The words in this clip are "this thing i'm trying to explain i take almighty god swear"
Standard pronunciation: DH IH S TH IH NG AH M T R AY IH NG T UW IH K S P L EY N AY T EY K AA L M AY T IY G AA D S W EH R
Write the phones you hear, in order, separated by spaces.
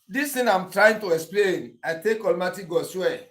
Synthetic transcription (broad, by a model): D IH S T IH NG AH M T R AY IH NG T UW IH K S P L EY N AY T EY K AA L M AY T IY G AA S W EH